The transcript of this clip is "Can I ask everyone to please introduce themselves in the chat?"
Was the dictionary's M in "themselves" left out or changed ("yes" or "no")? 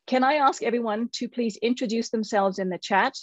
no